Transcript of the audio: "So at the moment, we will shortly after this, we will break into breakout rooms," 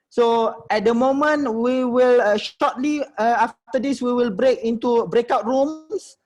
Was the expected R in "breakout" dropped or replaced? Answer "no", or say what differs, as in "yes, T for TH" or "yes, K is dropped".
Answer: no